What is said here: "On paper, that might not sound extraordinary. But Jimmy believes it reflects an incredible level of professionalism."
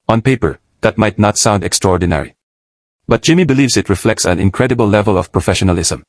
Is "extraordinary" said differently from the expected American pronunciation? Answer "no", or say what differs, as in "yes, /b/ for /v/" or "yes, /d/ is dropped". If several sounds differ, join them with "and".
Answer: no